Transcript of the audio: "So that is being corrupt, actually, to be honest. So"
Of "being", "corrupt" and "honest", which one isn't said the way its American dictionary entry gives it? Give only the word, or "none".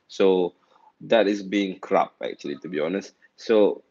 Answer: corrupt